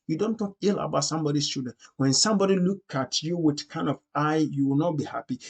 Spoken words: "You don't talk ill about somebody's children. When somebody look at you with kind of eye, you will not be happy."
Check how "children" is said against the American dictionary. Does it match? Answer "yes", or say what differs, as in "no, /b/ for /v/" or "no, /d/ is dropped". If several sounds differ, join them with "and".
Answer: no, /l/ is dropped and /ɹ/ is dropped